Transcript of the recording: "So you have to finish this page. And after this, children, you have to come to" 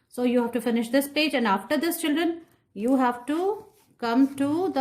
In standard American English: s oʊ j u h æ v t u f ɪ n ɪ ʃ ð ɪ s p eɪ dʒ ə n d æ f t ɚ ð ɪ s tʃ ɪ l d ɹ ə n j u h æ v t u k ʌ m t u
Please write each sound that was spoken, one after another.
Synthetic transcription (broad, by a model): s oʊ j u h æ v t u f ɪ n ɪ ʃ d ɪ s p eɪ dʒ ə n d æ f t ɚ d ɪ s tʃ ɪ l d ɹ ə n j u h æ v t u k ʌ m t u